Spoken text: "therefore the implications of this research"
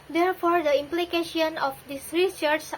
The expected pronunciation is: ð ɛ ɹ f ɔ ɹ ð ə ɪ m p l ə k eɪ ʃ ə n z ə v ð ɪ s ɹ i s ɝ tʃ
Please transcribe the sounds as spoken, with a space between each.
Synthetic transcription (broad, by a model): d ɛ ɹ f ɔ ɹ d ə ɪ m p l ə k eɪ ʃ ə n ə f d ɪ s ɹ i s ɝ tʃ